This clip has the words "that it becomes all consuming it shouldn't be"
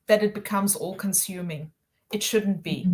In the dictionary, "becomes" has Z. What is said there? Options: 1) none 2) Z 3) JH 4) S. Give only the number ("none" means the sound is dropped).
2